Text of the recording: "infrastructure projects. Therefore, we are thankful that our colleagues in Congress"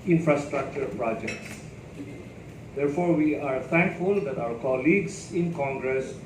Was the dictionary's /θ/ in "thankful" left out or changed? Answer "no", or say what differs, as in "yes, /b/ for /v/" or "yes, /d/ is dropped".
yes, /t/ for /θ/